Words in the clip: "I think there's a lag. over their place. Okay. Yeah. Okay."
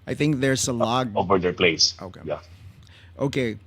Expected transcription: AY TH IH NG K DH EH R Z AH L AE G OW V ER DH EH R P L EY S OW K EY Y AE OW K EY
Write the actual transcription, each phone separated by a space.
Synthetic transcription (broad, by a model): AY TH IH NG K DH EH R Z AH L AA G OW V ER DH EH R P L EY S OW K EY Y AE OW K EY